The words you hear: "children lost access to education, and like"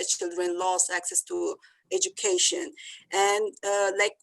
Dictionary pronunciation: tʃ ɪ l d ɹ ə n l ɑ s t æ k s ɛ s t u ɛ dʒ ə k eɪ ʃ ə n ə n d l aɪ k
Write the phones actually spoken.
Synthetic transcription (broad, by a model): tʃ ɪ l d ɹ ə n l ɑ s æ k s ɛ s t u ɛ dʒ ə k eɪ ʃ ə n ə n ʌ l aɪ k